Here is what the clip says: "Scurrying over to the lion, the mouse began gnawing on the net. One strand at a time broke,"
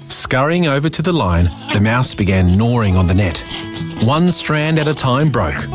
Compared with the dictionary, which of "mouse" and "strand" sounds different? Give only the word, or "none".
none